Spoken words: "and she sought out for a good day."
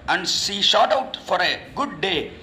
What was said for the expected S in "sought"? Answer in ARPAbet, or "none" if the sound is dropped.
SH